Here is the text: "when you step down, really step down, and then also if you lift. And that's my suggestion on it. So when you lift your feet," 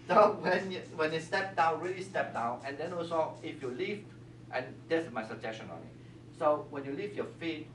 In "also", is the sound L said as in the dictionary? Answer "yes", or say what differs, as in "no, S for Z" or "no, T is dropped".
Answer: no, L is dropped